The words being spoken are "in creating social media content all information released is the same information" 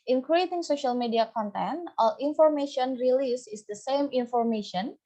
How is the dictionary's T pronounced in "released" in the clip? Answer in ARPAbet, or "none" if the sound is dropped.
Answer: none